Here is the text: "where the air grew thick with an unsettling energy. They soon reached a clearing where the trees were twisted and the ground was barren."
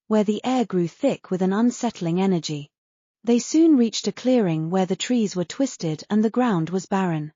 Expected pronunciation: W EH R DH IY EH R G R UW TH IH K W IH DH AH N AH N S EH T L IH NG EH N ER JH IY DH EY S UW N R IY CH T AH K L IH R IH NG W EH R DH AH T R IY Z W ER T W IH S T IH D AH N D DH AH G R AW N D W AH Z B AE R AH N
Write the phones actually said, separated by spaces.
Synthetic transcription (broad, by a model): W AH R DH IY EH R G R UW TH IH K W IH DH AH N AH N S EH T L IH NG EH N ER JH IY DH EY S UW N R IY CH T AH K L IH R IH NG W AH R DH AH T R IY Z W ER T W IH S T IH D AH N DH AH G R AW N D W AH Z B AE R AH N